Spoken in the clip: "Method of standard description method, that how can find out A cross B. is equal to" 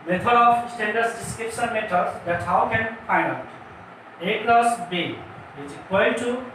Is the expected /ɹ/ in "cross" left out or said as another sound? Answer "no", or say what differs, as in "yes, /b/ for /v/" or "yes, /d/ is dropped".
yes, /l/ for /ɹ/